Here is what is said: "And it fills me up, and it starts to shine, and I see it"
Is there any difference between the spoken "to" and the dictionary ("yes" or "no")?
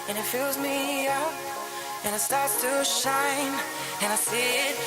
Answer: no